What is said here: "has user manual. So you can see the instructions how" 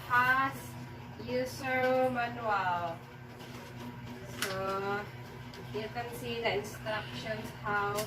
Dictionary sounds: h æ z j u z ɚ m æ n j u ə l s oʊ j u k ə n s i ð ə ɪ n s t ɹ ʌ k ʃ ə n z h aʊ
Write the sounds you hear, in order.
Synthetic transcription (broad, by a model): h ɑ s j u s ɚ m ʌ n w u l s oʊ j u k ə n s i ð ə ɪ n s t ɹ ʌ k ʃ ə n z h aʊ